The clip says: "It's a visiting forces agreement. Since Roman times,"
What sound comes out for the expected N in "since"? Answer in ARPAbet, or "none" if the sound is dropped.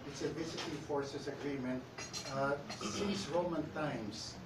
none